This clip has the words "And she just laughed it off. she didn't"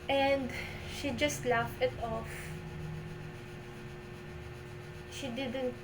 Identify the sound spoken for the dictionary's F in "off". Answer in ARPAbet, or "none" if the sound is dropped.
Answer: F